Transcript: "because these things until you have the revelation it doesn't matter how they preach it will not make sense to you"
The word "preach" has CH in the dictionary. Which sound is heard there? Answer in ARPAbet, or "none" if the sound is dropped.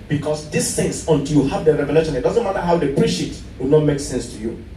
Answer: SH